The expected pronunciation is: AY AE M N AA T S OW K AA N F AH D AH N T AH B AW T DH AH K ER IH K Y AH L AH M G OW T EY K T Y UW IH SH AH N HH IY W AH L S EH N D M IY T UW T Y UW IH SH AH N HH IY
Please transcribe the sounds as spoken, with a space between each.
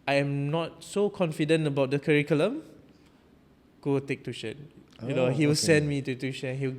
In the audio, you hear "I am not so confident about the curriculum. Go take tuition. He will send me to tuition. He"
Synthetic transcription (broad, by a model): AY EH M N AA T S OW K AA N F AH D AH N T AH B AW T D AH K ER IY K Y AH L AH M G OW T EY K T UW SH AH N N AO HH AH W S EH N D M IY T UW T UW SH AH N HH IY